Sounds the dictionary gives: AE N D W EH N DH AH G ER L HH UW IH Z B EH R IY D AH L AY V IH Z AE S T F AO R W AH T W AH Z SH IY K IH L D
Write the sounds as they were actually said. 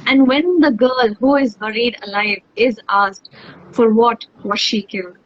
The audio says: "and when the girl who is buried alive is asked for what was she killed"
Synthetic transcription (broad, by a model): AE N D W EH N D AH G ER L HH UW IH Z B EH R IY D AH L AY V IH Z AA S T F AO R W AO T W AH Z SH IY K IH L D